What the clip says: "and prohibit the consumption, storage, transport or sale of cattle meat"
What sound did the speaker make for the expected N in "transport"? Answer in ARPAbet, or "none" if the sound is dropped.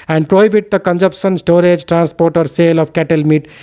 N